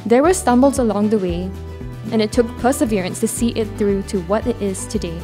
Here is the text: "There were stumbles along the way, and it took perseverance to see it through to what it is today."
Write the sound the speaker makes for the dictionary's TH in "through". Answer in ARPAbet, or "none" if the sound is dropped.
TH